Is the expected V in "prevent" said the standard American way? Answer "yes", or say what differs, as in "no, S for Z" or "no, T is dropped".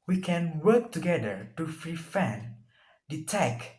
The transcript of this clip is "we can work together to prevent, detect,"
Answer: no, F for V